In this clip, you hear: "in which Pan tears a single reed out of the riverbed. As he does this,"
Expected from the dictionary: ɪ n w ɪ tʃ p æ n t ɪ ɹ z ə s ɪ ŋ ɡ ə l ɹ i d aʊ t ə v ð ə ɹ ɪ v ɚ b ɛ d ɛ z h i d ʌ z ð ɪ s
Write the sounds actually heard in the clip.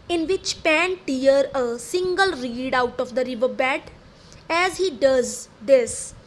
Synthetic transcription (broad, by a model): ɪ n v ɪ tʃ p æ n t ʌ ɹ ə s ɪ ŋ ɡ ə l ɹ i d aʊ t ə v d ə ɹ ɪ v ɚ b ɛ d ɛ z h i d ʌ z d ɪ s